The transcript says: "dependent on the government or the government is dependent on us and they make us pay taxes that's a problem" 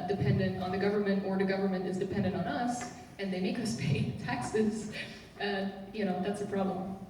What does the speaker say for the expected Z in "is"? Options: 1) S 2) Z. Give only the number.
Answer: 2